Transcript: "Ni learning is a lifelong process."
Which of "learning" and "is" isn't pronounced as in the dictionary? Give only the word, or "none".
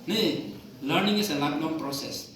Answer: is